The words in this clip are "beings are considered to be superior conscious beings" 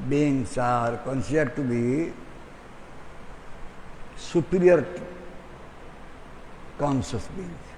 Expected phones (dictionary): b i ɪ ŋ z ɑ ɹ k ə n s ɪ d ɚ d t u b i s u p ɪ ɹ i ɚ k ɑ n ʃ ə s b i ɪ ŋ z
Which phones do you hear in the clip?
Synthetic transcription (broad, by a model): b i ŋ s ɑ ɹ k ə n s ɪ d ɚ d t u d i s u p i ɹ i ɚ k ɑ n s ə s b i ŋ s